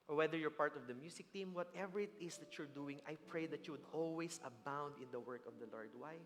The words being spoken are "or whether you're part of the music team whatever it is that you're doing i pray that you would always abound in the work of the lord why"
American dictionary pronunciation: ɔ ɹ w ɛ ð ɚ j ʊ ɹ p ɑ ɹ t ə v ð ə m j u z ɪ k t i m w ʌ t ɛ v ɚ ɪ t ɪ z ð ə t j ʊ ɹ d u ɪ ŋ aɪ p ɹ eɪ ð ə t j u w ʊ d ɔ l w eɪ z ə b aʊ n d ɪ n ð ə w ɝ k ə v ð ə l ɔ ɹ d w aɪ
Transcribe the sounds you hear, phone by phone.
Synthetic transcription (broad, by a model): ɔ ɹ w ɛ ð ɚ j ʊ ɹ p ɑ ɹ t ə v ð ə m j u s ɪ k t i m w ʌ t ɛ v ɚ ɪ t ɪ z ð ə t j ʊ ɹ d u ɪ ŋ aɪ p ɹ eɪ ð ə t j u w ʊ d ɔ l w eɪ s ə b aʊ n d ɪ n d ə w ɝ k ə v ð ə l ɔ ɹ d w aɪ